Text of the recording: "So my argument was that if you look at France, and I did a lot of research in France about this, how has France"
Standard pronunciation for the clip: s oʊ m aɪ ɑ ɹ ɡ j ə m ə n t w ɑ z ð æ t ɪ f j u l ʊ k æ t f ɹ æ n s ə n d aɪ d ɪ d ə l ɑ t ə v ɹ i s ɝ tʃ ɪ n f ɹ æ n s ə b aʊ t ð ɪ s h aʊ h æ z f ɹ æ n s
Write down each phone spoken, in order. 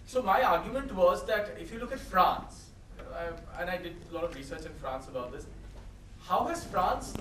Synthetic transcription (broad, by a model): s oʊ m aɪ ɑ ɹ ɡ j ə m ə n t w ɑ z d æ t ɪ f j u l ʊ k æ t f ɹ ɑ n s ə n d aɪ d ɪ d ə l ɑ t ə v ɹ i s ɝ tʃ ɪ n f ɹ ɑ n s ə b aʊ t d ɪ s h aʊ h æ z f ɹ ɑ n s